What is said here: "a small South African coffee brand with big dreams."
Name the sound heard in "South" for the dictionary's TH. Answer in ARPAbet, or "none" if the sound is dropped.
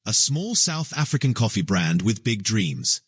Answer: TH